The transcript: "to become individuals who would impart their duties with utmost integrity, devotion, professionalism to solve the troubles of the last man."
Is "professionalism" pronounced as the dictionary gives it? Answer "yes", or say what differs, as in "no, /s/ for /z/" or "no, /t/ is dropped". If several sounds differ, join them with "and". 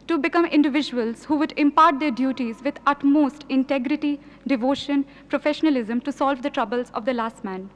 yes